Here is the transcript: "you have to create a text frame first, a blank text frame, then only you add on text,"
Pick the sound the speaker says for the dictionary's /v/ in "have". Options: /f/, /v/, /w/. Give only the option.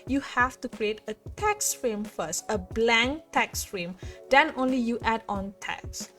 /f/